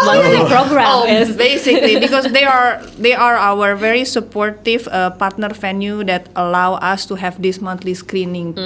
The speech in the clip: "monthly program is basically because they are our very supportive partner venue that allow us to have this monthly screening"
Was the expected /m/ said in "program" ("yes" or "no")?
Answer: no